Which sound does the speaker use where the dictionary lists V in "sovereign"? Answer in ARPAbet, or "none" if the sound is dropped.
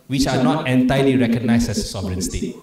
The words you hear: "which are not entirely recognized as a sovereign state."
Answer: B